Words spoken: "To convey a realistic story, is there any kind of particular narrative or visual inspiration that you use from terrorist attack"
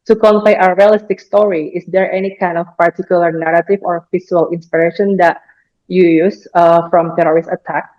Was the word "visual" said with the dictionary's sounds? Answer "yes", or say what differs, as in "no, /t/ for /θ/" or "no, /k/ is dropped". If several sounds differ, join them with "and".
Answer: no, /f/ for /v/